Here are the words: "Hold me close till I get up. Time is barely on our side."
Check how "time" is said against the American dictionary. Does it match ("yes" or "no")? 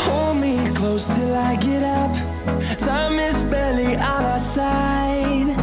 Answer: no